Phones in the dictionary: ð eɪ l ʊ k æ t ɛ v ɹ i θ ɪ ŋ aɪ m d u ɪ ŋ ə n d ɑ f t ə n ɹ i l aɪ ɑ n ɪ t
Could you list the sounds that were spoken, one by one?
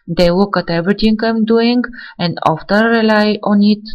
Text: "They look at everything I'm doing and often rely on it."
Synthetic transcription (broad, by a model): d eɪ w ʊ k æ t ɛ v ɹ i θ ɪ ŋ aɪ m d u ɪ ŋ ə n d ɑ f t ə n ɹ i l aɪ ɑ n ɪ t